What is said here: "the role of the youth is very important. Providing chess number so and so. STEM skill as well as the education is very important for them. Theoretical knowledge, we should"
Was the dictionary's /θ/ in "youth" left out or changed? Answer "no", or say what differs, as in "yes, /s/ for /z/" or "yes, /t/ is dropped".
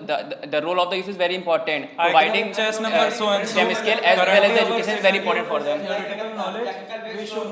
yes, /s/ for /θ/